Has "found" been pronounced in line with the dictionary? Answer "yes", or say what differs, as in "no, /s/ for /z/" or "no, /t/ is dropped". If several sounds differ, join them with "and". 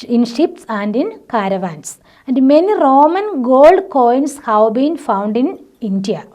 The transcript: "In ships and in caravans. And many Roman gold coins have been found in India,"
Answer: yes